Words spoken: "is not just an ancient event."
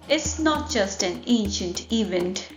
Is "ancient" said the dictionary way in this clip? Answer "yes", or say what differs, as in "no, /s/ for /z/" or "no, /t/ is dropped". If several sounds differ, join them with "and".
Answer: yes